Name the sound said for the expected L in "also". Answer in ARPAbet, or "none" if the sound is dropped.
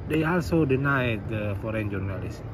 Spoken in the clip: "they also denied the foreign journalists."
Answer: L